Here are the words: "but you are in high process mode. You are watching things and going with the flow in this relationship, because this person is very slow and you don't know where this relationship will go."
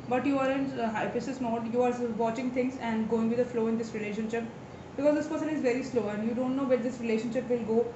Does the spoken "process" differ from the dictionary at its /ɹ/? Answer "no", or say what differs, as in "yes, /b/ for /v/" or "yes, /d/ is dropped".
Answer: yes, /ɹ/ is dropped